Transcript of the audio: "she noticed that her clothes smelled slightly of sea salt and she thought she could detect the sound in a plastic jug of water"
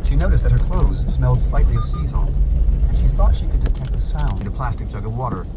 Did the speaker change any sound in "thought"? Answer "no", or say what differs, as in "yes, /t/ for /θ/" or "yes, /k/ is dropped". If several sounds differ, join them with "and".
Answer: no